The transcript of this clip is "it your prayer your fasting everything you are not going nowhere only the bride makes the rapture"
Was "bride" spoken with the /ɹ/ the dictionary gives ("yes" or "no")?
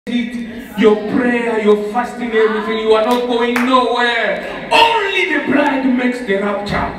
no